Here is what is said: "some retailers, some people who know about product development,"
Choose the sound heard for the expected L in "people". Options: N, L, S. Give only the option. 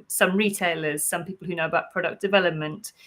L